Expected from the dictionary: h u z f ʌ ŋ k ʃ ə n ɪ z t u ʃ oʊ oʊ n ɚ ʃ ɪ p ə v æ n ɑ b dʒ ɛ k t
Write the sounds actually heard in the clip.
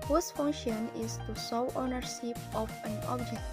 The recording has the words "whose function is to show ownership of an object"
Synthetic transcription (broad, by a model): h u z f ʌ ŋ k ʃ ə n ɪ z t u s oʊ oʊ n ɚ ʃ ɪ p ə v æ n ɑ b dʒ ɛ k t